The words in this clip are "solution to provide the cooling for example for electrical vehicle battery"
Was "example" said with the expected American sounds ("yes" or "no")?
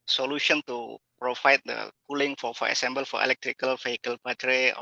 no